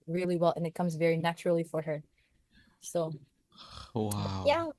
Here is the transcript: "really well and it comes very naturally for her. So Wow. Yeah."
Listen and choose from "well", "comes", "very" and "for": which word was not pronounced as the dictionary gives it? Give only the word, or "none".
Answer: none